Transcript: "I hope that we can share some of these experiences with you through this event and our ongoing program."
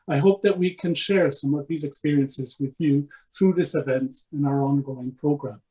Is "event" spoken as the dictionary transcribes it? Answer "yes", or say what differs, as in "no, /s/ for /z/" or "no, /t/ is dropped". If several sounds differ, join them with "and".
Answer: yes